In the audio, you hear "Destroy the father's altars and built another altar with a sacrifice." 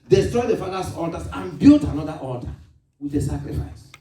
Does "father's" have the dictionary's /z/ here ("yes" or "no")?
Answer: no